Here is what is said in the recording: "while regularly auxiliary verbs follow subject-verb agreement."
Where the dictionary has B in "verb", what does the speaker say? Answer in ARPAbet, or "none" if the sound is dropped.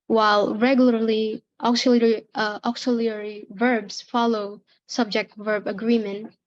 B